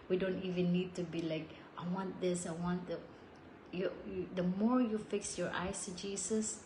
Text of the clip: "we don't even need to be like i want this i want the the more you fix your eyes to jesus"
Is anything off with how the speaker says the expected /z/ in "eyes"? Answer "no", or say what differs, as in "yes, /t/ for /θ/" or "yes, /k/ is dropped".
yes, /s/ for /z/